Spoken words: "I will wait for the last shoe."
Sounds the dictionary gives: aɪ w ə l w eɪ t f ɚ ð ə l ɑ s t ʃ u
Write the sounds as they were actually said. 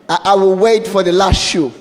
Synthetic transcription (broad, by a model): aɪ w ə l w eɪ t f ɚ ð ə l ɑ s t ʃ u